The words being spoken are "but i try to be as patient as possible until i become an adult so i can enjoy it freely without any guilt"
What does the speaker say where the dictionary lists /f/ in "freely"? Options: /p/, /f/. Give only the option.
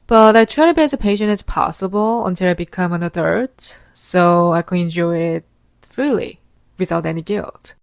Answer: /f/